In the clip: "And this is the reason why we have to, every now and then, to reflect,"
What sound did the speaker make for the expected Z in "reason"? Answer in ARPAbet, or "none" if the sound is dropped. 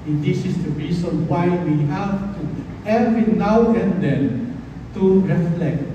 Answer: S